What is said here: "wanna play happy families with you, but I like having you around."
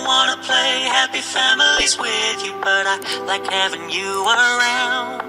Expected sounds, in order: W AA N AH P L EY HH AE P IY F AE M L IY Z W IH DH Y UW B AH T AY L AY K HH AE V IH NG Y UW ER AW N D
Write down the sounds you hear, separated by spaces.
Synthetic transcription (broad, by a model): W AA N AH P L EY HH AE P IY F AE M L IY Z W IH DH Y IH B AH T AY L AY K HH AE V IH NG Y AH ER AW N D